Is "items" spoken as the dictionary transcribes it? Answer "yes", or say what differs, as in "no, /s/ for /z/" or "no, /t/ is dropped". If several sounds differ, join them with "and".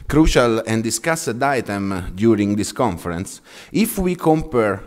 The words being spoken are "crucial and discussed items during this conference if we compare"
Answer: no, /z/ is dropped